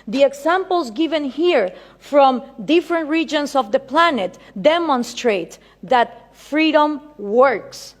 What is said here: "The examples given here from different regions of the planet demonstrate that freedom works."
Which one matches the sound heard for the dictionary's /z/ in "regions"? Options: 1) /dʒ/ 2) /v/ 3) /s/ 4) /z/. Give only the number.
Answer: 3